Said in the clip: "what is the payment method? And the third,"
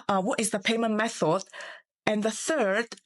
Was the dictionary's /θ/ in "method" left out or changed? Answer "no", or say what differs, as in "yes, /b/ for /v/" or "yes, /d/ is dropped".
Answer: no